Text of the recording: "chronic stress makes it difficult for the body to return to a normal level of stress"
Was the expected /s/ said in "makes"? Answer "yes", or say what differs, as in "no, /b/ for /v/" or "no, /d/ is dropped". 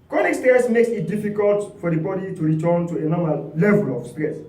yes